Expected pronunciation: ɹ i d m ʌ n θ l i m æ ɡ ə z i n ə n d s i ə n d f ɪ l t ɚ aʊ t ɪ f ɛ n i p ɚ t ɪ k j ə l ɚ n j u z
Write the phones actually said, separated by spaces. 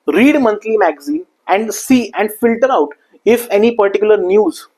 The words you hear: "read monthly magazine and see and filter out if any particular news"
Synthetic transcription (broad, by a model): ɹ i d m ʌ n t l i m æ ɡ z i ə n d s i ə n d f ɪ l t ɚ aʊ t ɪ f ɛ n i p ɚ t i k j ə l ɚ n j u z